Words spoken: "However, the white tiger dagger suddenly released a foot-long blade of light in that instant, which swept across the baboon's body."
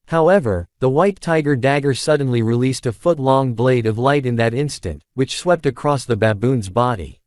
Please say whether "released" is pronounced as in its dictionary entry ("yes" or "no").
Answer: yes